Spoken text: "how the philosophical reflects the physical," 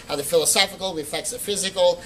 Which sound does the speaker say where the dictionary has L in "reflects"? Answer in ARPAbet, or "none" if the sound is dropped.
none